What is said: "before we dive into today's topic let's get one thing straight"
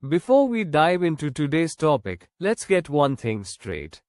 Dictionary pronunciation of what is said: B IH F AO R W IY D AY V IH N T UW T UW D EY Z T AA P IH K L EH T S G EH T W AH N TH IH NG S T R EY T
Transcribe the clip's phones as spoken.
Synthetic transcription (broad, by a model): B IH F AO R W IY D AY V IH N T UW T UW D EY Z T AA P IH K L EH T S G EH T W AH N T IH NG S T R EY T